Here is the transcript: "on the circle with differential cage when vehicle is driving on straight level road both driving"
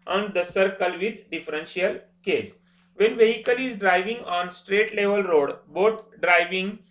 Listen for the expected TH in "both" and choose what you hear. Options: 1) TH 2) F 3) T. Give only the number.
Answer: 3